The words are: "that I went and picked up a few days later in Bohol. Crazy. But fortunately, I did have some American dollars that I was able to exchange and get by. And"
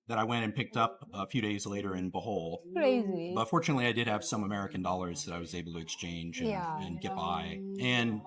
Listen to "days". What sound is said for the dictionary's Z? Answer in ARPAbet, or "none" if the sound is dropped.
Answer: Z